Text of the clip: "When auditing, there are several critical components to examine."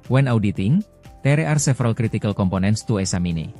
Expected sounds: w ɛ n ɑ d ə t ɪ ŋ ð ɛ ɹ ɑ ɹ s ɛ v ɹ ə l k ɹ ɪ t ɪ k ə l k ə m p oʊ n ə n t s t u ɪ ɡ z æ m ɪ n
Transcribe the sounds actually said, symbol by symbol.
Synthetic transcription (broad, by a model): w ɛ n ɑ d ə t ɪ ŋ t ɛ ɹ ɑ ɹ s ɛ f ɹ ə l k ɹ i t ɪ k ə l k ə m p oʊ n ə n s t u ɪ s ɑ m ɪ n